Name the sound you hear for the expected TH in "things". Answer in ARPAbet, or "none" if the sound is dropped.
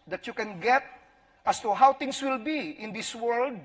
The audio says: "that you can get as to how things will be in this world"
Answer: T